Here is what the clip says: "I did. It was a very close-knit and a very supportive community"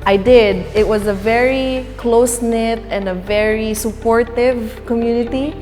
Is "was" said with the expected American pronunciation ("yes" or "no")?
yes